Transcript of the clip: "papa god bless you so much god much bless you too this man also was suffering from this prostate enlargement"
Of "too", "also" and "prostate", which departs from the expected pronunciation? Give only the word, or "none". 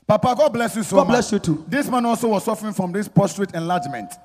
prostate